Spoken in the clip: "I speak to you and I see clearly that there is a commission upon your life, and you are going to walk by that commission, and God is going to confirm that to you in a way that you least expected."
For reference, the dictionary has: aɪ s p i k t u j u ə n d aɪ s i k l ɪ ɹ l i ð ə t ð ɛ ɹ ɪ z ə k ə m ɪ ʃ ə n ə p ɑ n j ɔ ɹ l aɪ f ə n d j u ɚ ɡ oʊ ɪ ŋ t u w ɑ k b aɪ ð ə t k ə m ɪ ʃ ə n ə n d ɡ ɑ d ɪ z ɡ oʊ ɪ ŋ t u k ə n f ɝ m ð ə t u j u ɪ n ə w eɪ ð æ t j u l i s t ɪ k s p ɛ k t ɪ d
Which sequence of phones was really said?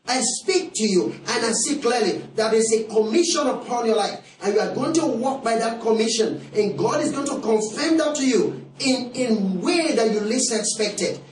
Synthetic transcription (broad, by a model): aɪ s p i k t u j u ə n aɪ s i k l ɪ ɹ l i ð ə t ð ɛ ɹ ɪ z ə k ə m ɪ ʃ ə n ə p ɑ n j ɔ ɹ l aɪ f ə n j u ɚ ɡ oʊ ɪ ŋ t u w ɑ k b aɪ ð ə t k ə m ɪ ʃ ə n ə n ɡ ɑ d ɪ z ɡ oʊ ɪ ŋ t u k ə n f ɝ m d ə t u j u ɪ n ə w eɪ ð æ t j u l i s ɪ k s p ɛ k t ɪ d